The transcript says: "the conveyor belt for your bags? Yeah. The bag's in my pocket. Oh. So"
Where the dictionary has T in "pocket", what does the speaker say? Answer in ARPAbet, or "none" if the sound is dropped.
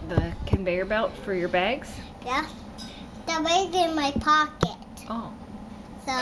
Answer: T